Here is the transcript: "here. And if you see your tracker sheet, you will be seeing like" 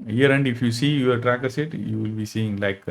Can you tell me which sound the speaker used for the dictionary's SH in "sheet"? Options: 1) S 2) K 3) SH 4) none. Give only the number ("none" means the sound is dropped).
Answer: 1